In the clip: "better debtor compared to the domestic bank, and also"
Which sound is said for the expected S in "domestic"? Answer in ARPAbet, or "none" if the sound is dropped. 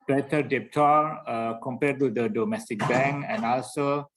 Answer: S